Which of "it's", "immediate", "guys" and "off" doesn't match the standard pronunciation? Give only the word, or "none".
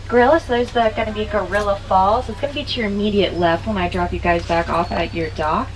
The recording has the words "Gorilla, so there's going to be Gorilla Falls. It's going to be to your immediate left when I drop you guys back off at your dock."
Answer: none